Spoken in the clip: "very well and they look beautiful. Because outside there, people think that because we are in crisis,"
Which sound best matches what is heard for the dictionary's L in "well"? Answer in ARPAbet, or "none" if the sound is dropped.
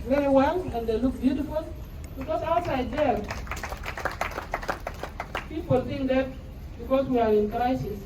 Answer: N